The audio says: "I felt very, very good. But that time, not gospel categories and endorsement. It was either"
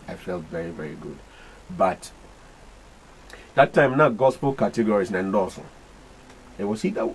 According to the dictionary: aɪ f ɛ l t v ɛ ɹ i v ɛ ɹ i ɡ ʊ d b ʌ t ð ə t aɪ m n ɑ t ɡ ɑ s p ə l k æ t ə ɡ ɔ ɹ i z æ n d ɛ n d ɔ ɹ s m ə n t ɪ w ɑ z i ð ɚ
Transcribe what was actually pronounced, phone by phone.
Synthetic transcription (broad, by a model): aɪ f ɛ l t v ɛ ɹ i v ɛ ɹ i ɡ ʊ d b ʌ t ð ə t aɪ m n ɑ ɡ ɑ s p ə l k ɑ t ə ɡ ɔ ɹ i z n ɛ n d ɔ s ə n ɪ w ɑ s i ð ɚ